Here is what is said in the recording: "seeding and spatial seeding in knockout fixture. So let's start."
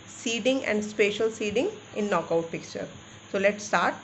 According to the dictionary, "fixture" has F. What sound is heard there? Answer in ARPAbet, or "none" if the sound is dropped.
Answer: P